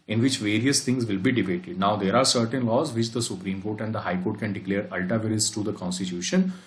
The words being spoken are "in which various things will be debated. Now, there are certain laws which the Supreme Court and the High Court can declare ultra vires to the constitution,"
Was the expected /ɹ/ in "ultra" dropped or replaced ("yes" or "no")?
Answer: yes